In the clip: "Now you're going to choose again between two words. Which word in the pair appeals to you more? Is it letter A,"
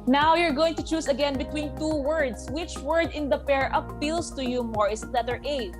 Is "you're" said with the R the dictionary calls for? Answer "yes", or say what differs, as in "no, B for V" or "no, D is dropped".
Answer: yes